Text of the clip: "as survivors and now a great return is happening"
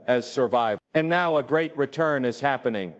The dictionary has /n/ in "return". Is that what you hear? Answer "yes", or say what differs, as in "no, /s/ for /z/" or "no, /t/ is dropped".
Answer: yes